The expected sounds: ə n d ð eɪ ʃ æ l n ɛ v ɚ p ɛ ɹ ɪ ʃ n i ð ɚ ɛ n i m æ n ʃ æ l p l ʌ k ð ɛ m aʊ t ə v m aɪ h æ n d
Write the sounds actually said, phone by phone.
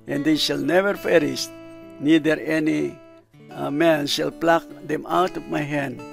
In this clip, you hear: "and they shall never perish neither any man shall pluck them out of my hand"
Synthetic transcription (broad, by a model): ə n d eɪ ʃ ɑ l n ɛ v ɚ f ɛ ɹ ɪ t n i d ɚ ɛ n i m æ n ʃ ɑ l p l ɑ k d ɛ m aʊ t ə p m aɪ h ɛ n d